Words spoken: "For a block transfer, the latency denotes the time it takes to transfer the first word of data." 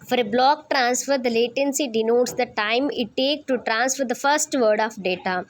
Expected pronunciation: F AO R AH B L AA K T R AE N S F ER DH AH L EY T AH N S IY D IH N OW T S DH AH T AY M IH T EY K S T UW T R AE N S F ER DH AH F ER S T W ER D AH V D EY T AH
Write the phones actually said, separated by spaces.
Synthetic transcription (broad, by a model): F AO R AH B L AA K T R AE N S F ER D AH L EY T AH N S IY D IH N OW T S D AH T AY M IH T EY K T UW T R AE N S F ER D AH F ER S T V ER D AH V D EY T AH